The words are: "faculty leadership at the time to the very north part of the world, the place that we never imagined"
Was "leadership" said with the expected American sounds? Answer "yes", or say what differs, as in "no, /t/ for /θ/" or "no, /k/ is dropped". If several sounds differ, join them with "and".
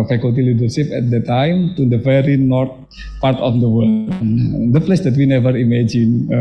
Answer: no, /s/ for /ʃ/